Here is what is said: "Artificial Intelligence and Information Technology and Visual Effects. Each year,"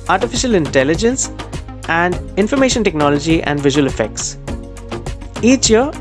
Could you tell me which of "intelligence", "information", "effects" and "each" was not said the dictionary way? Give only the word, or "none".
none